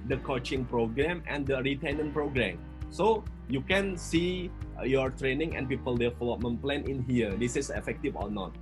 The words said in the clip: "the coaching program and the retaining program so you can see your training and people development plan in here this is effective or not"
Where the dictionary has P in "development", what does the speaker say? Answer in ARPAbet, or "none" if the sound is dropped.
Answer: none